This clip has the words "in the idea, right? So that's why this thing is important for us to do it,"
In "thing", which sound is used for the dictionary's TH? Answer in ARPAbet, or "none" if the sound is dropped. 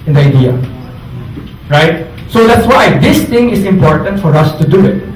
T